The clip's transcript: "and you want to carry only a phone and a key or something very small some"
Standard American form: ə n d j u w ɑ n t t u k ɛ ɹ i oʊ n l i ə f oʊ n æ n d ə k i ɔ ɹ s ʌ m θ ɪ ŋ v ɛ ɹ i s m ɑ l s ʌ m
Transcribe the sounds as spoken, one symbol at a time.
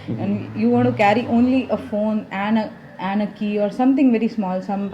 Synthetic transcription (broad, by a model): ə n j u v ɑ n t t u k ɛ ɹ i oʊ n l i ə f oʊ n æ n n ə k i ɔ ɹ s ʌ m t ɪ ŋ v ɛ ɹ i s m ɑ l s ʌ m